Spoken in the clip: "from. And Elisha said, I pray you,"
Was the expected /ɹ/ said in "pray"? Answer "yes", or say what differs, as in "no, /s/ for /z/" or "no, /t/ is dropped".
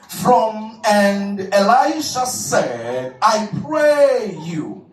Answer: yes